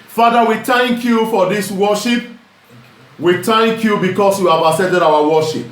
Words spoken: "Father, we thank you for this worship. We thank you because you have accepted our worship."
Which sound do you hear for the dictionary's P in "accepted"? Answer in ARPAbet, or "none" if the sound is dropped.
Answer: none